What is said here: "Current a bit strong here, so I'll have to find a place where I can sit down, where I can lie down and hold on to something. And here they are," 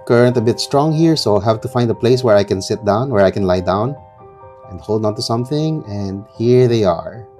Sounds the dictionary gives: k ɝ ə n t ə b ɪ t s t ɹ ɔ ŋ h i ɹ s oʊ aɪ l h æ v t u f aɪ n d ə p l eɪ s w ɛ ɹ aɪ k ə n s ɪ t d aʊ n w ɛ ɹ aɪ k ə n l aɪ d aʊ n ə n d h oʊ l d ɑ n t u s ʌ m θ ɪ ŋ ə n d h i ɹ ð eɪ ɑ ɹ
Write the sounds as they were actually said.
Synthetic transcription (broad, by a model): k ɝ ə n t ə b ɪ t s t ɹ ɔ ŋ h i ɹ s oʊ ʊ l h æ v t u f aɪ n d ə p l eɪ s w ɛ ɹ aɪ k ə n s ɪ t d aʊ n w ɛ ɹ aɪ k ə n l aɪ d aʊ n ə n d h oʊ l d ɑ n t u s ʌ m θ ɪ ŋ ə n d h i ɹ ð eɪ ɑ ɹ